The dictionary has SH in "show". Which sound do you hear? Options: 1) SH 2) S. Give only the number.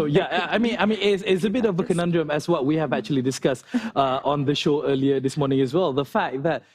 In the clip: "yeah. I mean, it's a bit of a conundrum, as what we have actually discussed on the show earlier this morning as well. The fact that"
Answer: 1